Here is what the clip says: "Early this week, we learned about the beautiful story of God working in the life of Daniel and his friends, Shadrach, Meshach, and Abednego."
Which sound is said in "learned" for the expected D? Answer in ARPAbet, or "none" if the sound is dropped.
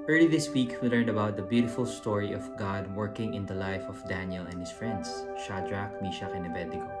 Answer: D